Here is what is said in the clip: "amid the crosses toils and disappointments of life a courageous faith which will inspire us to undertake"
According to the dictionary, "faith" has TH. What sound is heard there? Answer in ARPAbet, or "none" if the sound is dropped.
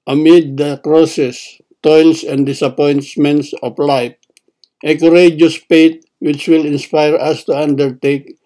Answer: T